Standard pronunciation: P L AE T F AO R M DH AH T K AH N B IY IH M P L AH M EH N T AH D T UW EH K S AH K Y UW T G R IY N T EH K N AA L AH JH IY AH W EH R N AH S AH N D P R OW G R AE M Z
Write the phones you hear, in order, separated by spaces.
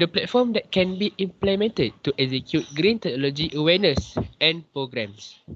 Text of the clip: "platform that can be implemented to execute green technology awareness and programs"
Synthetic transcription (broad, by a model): P L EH T F AO M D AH T K AH N B IY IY M P L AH M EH N T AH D T UW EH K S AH K Y UW T G R IY N T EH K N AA L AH JH IY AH W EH N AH S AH N P R OW G R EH M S